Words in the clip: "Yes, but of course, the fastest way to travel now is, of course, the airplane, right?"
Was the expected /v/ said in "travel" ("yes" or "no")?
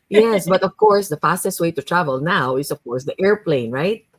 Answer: yes